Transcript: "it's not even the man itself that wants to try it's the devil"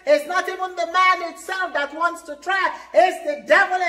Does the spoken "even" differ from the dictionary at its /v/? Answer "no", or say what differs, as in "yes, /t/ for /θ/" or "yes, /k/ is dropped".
yes, /w/ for /v/